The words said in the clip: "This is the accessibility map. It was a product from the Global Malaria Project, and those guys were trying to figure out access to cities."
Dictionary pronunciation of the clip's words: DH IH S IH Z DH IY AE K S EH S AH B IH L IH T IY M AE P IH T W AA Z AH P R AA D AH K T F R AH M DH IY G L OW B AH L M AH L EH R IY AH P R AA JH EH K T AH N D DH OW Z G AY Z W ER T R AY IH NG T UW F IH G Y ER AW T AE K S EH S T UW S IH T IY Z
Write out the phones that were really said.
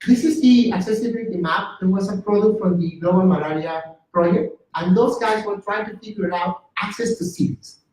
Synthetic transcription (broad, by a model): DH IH S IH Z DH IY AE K S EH S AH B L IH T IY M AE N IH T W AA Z AH P R AA D AH K T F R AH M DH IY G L OW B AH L M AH L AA R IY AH P R AA JH EH K T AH N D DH OW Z G AY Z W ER T R AY IH NG T UW P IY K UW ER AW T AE K S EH S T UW S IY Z